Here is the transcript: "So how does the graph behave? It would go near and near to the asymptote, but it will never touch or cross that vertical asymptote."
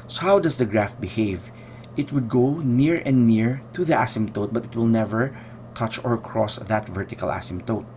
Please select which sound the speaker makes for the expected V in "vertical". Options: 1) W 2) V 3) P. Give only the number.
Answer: 2